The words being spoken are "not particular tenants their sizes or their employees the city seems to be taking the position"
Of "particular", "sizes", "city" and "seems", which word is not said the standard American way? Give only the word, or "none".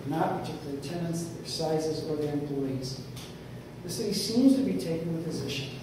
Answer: particular